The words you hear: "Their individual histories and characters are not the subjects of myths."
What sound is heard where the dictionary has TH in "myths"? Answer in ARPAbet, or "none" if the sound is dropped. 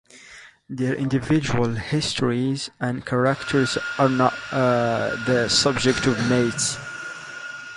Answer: T